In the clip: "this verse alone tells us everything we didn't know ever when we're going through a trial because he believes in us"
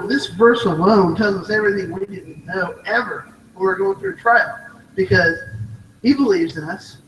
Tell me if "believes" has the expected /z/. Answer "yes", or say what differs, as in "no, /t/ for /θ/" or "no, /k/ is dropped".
yes